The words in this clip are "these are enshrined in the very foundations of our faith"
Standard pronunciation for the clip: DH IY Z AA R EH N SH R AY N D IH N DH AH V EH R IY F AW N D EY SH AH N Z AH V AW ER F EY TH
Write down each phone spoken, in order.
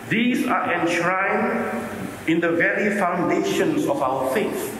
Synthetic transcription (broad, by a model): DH IY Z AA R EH N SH R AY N IH N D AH V EH R IY F AW N D EY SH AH N S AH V AW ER F EY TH